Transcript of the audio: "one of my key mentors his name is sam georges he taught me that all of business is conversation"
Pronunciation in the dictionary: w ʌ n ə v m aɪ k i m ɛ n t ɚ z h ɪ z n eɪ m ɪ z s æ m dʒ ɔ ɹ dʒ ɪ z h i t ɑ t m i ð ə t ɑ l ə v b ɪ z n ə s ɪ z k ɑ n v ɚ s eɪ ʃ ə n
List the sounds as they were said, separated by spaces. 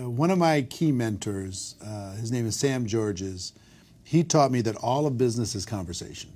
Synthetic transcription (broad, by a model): w ʌ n ə v m aɪ k i m ɛ n t ɚ z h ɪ z n eɪ m ɪ z s æ m dʒ ɔ ɹ dʒ ɪ z h i t ɑ t m i ð ə t ɑ l ə v b ɪ z n ə s ɪ z k ɑ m v ɚ s eɪ ʃ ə n